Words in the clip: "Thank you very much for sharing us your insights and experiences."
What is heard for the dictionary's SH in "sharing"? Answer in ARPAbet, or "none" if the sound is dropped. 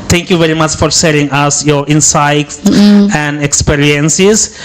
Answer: S